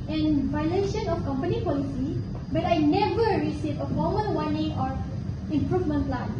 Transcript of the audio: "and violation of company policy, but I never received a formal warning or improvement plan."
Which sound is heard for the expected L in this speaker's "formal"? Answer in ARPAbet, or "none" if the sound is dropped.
N